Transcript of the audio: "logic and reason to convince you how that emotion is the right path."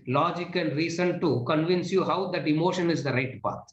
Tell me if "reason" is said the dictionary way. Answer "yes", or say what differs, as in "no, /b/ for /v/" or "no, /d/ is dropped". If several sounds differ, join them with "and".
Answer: no, /s/ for /z/